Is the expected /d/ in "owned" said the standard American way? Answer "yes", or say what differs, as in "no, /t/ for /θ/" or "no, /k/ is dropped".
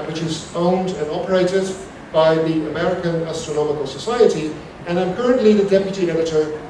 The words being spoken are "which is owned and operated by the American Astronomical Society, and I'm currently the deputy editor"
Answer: yes